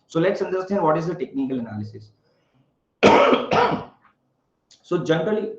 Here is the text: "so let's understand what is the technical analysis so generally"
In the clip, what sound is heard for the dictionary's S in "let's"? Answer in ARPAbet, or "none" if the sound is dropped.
S